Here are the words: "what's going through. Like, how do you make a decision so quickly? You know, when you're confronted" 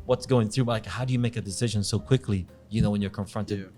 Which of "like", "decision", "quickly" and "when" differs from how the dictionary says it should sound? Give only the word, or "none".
none